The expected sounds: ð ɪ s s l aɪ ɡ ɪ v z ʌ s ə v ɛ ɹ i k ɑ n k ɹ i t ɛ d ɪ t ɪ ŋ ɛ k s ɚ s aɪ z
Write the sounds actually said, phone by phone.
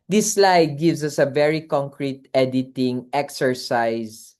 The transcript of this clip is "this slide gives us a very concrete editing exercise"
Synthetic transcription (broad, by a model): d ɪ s s l aɪ ɡ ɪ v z ʌ s ə v ɛ ɹ i k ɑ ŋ k ɹ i t ɛ d ɪ t ɪ ŋ ɛ k s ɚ s aɪ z